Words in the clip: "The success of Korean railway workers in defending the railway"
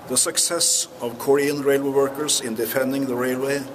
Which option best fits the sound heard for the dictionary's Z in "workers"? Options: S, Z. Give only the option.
S